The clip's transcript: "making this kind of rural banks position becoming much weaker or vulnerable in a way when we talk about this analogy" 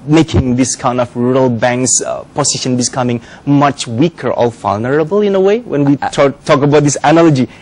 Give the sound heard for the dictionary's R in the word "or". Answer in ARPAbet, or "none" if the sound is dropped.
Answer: L